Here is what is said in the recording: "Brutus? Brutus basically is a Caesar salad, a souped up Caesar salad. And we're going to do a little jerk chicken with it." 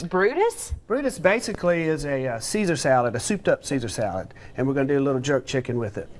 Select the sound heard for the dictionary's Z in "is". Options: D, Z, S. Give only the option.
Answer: Z